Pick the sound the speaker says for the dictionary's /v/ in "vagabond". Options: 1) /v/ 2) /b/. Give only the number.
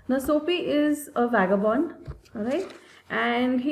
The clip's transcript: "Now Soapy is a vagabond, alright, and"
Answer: 1